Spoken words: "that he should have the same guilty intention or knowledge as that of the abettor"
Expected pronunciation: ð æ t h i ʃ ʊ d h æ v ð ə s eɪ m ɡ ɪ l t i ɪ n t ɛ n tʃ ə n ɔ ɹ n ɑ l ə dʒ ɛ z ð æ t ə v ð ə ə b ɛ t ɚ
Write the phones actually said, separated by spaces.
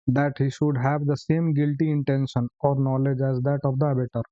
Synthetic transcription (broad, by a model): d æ t h i ʃ ʊ d h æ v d ə s eɪ m ɡ ɪ l t i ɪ n t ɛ n ʃ ə n ɔ ɹ n ɑ l ə dʒ ɛ z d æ t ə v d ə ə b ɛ t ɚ